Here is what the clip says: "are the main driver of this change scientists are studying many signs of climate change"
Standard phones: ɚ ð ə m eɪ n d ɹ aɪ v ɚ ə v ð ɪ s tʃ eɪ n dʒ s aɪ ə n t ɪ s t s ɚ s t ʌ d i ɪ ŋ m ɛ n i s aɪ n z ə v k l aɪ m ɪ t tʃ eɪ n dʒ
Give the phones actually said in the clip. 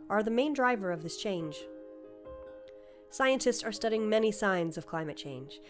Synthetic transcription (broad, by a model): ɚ ð ə m eɪ n d ɹ aɪ v ɚ ə v ð ɪ s tʃ eɪ n dʒ s aɪ ə n t ɪ s t s ɚ s t ʌ d i ɪ ŋ m ɛ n i s aɪ n z ə v k l aɪ m ɪ t tʃ eɪ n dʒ